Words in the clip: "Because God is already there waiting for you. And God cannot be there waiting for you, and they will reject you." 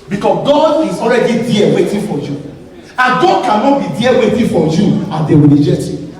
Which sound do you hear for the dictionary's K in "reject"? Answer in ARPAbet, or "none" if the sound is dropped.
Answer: none